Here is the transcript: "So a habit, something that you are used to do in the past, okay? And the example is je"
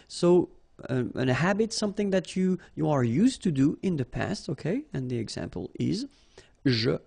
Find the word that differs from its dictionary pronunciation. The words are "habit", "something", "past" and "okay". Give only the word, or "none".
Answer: none